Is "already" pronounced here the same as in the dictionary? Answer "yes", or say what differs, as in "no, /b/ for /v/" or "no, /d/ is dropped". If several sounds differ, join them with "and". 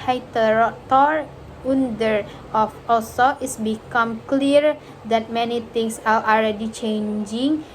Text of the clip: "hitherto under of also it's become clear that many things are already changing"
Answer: no, /l/ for /ɹ/